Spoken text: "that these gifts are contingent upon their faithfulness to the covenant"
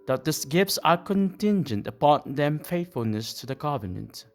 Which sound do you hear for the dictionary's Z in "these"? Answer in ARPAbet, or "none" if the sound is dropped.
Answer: S